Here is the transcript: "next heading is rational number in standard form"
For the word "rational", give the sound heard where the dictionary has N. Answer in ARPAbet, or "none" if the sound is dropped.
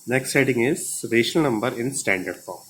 none